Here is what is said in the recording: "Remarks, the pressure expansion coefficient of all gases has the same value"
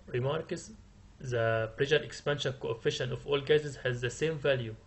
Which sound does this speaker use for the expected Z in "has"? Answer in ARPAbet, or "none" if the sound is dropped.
Z